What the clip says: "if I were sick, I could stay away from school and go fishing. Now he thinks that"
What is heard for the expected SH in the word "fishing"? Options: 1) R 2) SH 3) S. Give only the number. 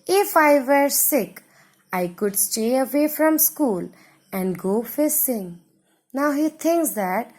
3